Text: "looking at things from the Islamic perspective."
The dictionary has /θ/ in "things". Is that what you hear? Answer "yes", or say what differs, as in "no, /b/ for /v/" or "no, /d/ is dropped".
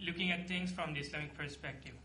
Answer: no, /t/ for /θ/